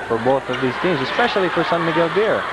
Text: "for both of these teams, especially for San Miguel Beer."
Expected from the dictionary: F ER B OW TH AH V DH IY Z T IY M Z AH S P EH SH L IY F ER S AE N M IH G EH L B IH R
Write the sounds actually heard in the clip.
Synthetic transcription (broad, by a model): F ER B OW TH AH V DH IY Z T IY M Z AH S P EH SH L IY F ER S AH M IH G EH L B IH R